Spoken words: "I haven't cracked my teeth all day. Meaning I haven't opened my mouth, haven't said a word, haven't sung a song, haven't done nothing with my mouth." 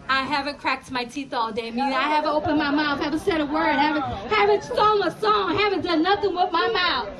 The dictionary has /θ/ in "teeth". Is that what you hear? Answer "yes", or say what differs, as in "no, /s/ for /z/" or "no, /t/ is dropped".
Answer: yes